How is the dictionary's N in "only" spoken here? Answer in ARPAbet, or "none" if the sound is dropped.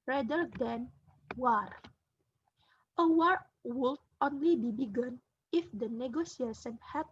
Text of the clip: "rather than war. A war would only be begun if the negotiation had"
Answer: N